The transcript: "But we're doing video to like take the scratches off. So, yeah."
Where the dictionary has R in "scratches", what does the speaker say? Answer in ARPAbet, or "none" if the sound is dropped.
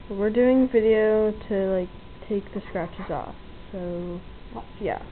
R